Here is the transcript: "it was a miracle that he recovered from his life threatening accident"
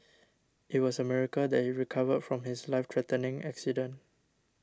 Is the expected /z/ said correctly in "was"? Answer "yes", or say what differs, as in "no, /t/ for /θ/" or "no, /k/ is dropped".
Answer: no, /s/ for /z/